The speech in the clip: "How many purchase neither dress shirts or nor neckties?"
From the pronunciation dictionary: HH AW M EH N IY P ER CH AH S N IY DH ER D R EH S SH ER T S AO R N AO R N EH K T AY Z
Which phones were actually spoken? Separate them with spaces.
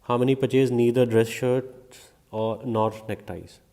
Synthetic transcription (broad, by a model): HH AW M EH N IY P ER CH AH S N IY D ER D R EH S SH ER T AO R N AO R N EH K T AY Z